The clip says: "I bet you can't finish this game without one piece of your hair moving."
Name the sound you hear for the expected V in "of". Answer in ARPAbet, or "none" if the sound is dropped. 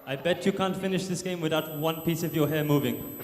V